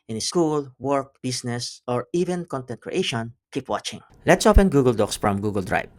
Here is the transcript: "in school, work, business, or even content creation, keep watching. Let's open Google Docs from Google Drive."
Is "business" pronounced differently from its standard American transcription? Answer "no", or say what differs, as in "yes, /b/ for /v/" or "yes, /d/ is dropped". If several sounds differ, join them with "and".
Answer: yes, /s/ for /z/